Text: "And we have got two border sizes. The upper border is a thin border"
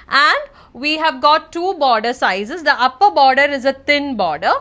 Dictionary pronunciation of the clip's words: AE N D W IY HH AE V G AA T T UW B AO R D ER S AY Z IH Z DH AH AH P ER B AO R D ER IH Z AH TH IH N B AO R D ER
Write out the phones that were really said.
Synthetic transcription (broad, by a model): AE N D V IY HH AE V G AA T T UW B AO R D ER S AY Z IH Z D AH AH P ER B AO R D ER IH Z AH T IH N B AO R D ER